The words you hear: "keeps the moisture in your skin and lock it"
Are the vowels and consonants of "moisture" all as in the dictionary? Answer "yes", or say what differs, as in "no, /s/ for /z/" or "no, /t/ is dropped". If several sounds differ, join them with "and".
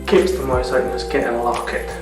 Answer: no, /tʃ/ is dropped